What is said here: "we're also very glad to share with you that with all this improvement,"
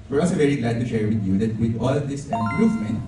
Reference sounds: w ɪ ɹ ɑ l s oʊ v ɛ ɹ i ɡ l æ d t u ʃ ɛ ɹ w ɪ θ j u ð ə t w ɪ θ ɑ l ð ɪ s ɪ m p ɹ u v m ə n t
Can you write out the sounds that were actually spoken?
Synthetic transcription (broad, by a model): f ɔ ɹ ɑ s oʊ v ɛ ɹ i ɡ l æ d t u ʃ ɛ ɹ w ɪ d j u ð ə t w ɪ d ɑ l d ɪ s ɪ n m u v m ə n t